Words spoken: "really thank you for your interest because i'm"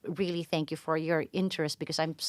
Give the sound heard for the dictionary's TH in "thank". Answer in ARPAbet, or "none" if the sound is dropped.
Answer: TH